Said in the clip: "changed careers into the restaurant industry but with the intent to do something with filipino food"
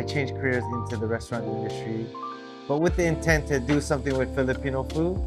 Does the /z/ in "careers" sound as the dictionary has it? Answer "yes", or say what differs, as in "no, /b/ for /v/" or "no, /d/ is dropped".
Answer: yes